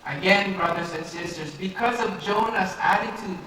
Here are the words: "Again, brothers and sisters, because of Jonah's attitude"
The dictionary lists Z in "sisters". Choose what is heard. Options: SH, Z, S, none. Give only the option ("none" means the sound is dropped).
Z